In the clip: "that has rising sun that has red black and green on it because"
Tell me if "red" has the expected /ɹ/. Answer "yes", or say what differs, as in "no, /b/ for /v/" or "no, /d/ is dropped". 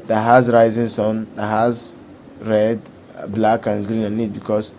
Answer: yes